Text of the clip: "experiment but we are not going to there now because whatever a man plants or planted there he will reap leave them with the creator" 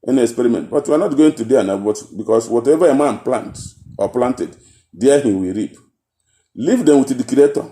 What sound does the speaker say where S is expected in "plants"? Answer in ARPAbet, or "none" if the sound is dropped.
none